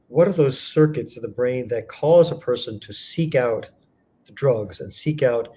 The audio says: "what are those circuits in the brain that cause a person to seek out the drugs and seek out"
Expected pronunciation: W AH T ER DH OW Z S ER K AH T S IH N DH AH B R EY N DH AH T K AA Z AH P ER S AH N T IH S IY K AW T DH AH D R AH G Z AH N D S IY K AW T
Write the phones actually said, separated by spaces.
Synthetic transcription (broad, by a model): W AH T ER DH OW Z S ER K AH T S IH N DH AH B R EY N DH AH T K AA Z AH P ER S AH N T IH S IY K AW T DH AH D R AH G Z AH N S IY K AW T